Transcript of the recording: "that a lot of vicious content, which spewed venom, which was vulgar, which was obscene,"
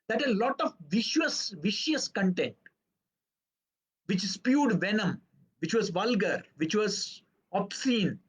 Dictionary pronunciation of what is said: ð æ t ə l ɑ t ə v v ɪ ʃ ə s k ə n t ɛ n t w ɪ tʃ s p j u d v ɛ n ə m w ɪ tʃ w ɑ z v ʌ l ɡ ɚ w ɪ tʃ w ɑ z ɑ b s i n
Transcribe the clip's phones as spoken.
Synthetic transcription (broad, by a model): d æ t ə l ɑ t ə v v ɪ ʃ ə s k ə n t ɛ n t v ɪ tʃ s p j u d v ɛ n ə m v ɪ tʃ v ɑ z v ʌ l ɡ ɚ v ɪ tʃ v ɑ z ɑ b s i n